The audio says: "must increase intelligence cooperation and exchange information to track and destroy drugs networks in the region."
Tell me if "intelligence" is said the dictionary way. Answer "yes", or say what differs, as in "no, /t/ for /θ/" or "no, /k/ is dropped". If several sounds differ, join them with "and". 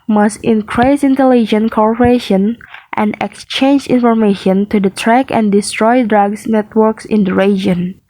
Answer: no, /s/ is dropped